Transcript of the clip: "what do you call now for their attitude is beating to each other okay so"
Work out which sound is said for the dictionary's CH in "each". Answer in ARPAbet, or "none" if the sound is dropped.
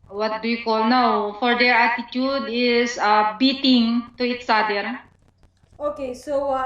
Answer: S